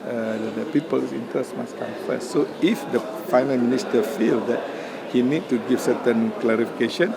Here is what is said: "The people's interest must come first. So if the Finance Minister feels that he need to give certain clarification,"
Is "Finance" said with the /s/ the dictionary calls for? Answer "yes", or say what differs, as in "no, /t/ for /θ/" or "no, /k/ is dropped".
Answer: no, /s/ is dropped